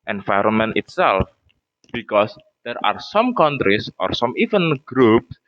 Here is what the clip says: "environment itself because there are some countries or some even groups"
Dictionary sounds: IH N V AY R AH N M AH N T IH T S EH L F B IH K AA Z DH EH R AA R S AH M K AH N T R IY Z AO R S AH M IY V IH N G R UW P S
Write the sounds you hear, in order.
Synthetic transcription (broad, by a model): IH N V AY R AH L M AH N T IH T S EH L F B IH K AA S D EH R AA R S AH M K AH N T R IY S AO R S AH M IY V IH N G R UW P S